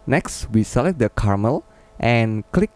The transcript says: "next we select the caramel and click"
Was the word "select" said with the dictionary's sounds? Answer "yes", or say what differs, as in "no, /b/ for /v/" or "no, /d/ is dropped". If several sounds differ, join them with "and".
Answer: no, /k/ is dropped